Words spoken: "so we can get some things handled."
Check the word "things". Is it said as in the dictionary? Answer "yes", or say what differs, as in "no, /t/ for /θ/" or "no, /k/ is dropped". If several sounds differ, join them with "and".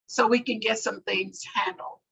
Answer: yes